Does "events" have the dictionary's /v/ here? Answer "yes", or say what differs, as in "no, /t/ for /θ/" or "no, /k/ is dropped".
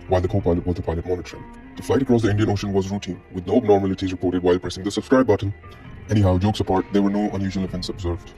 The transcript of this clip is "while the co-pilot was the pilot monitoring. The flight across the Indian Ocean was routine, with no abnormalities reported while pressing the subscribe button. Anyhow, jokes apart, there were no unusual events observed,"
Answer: no, /f/ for /v/